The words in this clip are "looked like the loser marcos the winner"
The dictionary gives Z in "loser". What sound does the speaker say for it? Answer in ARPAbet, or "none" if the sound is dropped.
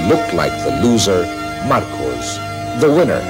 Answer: Z